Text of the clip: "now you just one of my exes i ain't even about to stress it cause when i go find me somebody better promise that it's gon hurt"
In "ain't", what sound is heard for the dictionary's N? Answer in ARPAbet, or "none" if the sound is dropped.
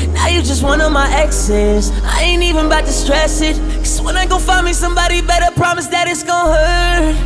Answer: N